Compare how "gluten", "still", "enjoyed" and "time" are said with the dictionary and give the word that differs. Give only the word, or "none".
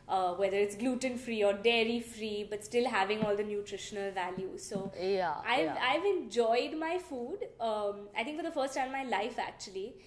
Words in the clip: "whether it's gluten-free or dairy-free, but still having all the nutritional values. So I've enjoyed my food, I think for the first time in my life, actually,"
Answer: time